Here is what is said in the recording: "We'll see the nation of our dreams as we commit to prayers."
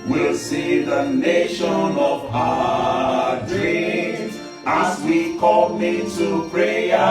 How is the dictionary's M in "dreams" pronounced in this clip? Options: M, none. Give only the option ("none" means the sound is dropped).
none